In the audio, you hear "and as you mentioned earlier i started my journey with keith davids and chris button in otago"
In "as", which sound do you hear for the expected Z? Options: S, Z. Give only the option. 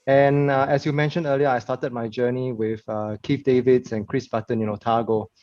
S